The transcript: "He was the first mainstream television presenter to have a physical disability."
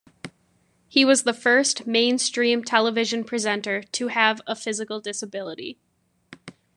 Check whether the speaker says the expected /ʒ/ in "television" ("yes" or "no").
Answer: yes